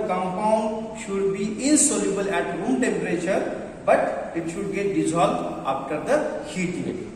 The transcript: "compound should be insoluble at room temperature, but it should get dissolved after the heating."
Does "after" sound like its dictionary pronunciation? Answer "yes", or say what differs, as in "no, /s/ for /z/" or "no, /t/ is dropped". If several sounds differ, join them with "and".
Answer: no, /p/ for /f/